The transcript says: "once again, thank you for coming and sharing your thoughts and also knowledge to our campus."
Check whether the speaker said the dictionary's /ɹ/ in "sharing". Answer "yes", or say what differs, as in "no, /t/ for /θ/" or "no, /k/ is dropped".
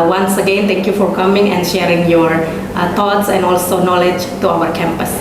yes